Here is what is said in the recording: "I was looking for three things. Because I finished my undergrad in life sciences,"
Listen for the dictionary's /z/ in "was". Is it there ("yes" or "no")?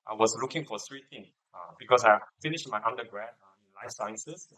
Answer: no